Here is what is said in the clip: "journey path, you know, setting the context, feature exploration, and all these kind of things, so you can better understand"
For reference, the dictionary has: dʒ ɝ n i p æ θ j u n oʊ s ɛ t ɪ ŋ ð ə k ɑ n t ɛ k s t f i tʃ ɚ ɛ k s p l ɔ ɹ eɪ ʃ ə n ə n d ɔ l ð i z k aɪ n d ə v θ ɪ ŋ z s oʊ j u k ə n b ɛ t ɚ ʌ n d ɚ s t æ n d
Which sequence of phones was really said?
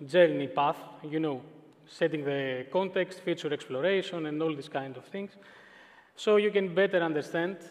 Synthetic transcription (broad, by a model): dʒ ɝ n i p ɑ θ j u n oʊ s ɛ t ɪ ŋ ð ə k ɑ n t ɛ k s t f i tʃ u ɛ k s p l ɔ ɹ eɪ ʃ ə n ə n d ɔ l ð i s k aɪ n d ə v θ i ŋ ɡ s oʊ j u k ə n b ɛ t ɚ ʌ n d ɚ s t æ n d